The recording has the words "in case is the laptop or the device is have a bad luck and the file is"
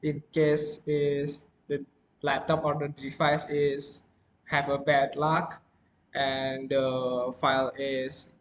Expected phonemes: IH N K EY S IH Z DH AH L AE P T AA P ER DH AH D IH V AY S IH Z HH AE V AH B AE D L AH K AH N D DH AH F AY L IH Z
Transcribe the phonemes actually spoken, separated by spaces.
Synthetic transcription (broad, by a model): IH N K EY S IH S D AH L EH P T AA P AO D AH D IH F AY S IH S HH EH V AH B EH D L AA K AH N D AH F AY L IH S